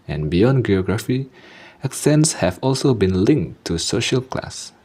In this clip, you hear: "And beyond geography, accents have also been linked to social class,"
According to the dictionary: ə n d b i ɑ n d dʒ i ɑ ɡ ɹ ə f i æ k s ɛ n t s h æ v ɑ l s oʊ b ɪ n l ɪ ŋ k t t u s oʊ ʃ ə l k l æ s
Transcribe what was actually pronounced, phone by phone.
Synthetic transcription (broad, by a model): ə n b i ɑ n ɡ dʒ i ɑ ɡ ɹ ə f i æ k s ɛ n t s h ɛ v ɑ l s oʊ b ɪ n l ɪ ŋ k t t u s oʊ ʃ ə l k l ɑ s